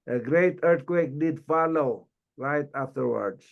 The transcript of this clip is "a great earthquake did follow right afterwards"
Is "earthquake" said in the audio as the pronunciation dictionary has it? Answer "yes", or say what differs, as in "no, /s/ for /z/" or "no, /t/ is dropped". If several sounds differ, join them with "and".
no, /t/ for /θ/